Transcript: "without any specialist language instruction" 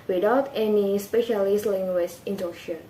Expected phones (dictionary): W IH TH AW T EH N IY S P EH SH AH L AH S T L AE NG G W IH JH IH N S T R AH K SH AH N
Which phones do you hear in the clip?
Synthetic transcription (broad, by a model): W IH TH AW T EH N IY S P EH SH AH L AH S T L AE NG G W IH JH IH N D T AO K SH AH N